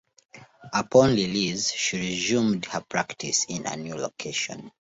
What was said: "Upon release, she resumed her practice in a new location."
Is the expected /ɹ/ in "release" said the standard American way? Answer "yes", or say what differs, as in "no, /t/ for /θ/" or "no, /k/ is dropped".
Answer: no, /l/ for /ɹ/